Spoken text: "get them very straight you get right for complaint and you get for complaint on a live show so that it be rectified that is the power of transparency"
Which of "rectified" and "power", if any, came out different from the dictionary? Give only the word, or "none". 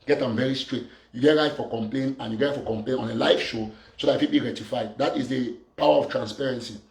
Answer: rectified